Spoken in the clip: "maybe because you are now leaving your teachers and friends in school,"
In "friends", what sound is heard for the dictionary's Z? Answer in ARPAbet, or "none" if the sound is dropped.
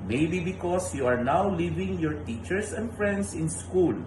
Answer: S